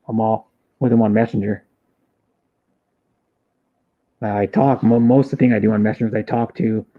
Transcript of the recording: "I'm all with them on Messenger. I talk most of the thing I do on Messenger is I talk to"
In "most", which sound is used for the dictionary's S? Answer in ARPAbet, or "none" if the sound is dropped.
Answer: S